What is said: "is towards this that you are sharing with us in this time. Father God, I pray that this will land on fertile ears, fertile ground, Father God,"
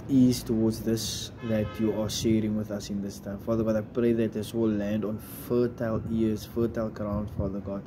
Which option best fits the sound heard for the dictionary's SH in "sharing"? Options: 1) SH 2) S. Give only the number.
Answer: 1